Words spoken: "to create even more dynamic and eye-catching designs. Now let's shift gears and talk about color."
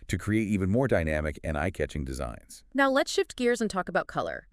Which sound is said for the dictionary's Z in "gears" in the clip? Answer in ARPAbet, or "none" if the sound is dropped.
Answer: Z